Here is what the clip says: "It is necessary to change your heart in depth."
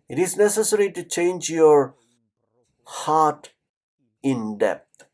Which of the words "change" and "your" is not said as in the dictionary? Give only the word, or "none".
none